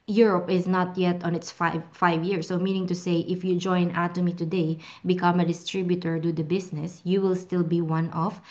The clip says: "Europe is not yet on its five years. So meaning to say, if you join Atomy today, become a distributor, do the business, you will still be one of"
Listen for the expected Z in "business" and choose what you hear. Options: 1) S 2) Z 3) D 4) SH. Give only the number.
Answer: 1